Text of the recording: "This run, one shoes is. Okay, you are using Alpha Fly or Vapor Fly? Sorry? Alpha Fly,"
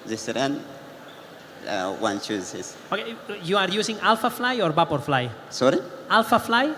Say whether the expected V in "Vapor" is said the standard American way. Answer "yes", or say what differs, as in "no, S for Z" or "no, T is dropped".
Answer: no, B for V